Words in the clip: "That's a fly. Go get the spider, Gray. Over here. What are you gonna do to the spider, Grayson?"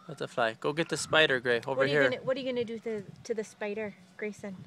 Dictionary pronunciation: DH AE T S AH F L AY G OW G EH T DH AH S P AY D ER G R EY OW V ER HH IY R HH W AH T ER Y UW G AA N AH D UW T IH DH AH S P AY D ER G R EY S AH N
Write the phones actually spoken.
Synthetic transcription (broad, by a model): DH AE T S AH F L AY G OW G EH T DH AH S P AY D ER G R EY OW W ER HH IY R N W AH T ER Y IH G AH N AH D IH T IH DH AH S P AY D ER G R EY S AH N